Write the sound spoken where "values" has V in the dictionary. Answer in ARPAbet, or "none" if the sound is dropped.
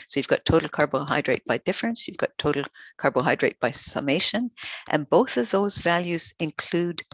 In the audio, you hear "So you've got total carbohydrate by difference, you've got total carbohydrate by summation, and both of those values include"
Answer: V